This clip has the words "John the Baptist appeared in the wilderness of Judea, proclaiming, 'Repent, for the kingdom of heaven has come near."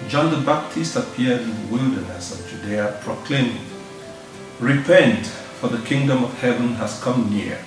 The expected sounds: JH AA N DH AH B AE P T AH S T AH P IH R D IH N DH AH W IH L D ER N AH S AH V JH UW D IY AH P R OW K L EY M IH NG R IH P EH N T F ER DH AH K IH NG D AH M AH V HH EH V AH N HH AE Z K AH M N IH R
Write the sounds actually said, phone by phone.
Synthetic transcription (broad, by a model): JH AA N DH AH B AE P T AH S T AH P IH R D IH N DH AH W IH L D ER N AH S AH V JH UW D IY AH P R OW K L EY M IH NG R IH P EH N T F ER DH AH K IH NG D AH M AH V HH EH V AH N HH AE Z K AH M N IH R